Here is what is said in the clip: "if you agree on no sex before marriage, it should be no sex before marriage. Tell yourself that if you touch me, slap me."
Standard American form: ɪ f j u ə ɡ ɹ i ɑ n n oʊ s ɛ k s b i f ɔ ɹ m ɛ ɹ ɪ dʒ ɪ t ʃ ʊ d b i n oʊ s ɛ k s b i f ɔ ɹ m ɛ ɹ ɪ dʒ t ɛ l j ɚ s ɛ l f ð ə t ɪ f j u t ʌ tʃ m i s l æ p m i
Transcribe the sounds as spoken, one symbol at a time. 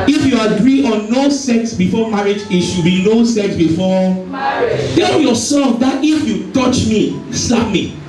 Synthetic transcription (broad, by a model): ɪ f j u ə ɡ ɹ i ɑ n n oʊ s ɛ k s b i f ɔ m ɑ ɹ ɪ dʒ ɪ t ʃ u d b i n oʊ s ɛ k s b i f ɔ t ɛ l j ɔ s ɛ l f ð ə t ɪ f j u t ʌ tʃ m i s ɑ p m i